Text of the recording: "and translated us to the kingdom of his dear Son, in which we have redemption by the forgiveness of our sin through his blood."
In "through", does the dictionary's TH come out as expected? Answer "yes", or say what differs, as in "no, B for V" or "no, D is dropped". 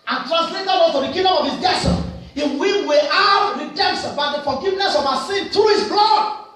no, T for TH